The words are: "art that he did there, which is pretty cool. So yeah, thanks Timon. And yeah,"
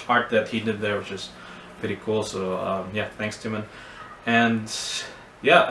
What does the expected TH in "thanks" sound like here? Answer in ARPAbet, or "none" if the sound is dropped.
TH